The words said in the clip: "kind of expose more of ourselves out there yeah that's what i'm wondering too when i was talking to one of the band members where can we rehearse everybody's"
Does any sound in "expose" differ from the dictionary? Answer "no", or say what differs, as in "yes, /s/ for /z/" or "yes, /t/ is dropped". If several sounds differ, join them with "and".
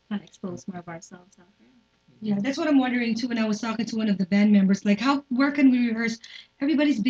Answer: no